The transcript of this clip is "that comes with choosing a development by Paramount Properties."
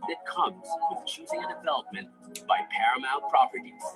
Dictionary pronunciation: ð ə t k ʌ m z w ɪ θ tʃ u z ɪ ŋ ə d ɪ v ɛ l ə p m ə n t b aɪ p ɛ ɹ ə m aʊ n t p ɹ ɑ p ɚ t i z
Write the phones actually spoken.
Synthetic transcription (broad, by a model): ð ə t k ʌ m z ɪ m tʃ u z ɪ ŋ ə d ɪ v ɛ l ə p m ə n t b aɪ p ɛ ɹ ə m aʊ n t p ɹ ɑ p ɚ t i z